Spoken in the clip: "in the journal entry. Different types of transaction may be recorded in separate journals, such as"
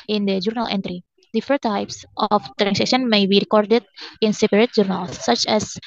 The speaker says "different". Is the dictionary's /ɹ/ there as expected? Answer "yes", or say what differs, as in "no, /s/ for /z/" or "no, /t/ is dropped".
no, /ɹ/ is dropped